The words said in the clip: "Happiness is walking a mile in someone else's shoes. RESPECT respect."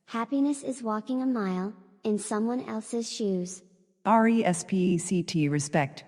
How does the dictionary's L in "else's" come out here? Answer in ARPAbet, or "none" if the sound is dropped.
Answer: L